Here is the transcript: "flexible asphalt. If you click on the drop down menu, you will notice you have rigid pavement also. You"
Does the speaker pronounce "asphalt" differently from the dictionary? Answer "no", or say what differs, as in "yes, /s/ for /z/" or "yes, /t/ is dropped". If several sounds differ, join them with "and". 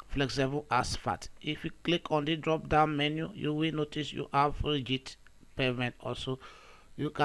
yes, /l/ is dropped